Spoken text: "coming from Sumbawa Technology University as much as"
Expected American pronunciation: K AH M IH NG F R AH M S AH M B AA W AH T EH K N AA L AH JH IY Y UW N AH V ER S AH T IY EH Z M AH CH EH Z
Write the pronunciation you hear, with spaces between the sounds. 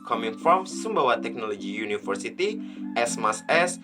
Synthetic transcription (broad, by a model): K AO M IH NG F R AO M S AH M B AA W AH T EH K N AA L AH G IY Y UW N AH F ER S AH T IY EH S M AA S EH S